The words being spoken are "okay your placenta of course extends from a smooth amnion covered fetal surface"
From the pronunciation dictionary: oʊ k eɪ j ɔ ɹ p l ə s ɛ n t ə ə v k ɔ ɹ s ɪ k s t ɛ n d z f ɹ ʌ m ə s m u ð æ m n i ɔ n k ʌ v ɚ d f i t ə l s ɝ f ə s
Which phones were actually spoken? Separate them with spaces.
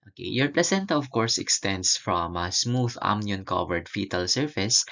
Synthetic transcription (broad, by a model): oʊ k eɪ j ɔ ɹ p l ə s ɛ n t ə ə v k ɔ ɹ s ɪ k s t ɛ n d s f ɹ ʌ m ə s m u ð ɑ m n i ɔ n k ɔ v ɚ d f i t ə l s ɝ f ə s